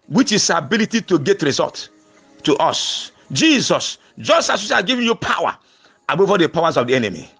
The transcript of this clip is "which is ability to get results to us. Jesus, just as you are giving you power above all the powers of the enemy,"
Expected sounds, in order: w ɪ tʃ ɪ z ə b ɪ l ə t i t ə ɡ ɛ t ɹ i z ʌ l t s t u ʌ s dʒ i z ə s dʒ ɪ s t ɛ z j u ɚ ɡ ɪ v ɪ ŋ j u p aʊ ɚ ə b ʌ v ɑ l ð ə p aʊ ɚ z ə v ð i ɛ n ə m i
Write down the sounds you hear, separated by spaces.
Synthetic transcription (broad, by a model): w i tʃ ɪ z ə b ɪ l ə t i t ə ɡ ɛ t ɹ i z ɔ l t t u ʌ s dʒ i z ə s dʒ ɪ s t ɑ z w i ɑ ɡ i v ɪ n j u p aʊ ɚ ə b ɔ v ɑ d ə p aʊ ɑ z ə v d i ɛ n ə m i